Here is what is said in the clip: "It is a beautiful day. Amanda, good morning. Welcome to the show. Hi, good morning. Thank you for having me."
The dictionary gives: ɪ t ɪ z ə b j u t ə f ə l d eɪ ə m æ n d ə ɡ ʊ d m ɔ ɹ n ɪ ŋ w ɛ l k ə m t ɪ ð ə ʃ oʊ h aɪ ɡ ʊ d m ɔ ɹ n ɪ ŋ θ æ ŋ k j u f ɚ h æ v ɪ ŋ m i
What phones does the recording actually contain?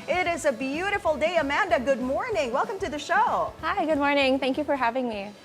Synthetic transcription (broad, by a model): ɪ t ɪ z ə b j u t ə f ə l d eɪ ə m æ n d ə ɡ ʊ d m ɔ ɹ n ɪ ŋ w ɛ l k ə m t ɪ ð ə ʃ oʊ h aɪ ɡ ʊ d m ɔ ɹ n ɪ ŋ θ æ ŋ k j u f ɚ h æ v ɪ ŋ m i